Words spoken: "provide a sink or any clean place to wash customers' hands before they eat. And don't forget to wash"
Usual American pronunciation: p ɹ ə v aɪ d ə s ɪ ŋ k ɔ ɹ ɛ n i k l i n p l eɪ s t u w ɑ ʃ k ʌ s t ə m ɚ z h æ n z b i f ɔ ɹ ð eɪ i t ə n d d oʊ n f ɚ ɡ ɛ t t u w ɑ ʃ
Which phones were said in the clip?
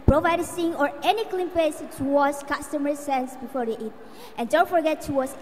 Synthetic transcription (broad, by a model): p ɹ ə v aɪ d ə s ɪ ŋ ɔ ɹ ɛ n i k l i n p eɪ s t u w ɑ s k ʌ s t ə m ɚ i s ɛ n s b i f ɔ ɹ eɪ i t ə n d d oʊ n f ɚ ɡ ɛ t t u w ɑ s